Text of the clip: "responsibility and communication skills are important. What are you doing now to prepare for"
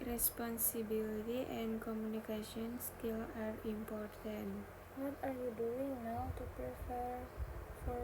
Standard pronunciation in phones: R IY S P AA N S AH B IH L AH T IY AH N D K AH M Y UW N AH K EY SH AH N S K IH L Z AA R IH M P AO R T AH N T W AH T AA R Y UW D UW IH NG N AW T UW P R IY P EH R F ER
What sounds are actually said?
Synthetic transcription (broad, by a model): R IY S P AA N S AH B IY L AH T IY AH N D K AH M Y UW N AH K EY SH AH N S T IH L AA R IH M P AO R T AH N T W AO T AA R Y UW D UW IH NG N AW T UW P R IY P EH R F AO